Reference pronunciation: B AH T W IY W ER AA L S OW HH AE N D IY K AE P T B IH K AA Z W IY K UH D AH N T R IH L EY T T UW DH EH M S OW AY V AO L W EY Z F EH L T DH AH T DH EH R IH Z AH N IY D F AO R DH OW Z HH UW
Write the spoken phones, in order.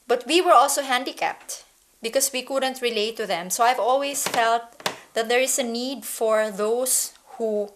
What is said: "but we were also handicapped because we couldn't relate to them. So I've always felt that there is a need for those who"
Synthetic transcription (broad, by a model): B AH T W IY W ER AA L S OW HH AE N D IY K AE P T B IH K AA S W IY K UH D AH N T R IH L EY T T UW DH EH M S OW AY V AO L W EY S F EH L T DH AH T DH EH R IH S AH N IY D F AO R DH OW S HH UW